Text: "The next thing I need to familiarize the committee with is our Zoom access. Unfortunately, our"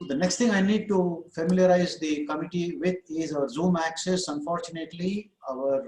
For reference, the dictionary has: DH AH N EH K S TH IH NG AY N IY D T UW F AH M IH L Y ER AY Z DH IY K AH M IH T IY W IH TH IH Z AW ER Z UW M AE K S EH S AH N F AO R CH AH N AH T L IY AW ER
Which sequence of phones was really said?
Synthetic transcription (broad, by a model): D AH N EH K S T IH NG AY N IY D T UW F AH M IH L Y ER AY Z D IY K AH M IH T IY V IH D IH Z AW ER Z UW M AE K S EH S AH N F AO R CH AH N AH T L IY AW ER